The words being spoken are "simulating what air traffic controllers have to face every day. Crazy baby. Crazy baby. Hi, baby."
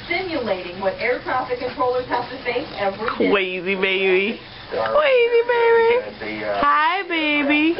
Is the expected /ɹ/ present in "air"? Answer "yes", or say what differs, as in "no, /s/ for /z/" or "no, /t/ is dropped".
yes